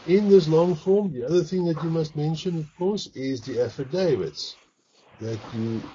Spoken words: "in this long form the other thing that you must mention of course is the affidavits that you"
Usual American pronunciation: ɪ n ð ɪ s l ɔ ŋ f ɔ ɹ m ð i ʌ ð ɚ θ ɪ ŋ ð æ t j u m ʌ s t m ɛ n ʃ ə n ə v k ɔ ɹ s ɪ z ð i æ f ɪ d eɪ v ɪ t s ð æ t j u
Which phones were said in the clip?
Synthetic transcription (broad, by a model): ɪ n ð ɪ s l ɔ ŋ f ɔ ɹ m ð i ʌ ð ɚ θ ɪ ŋ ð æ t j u m ʌ s t m ɛ n ʃ ə n ə v k ɔ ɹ s ɪ z ð i æ f ɪ d eɪ v ɪ t s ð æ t j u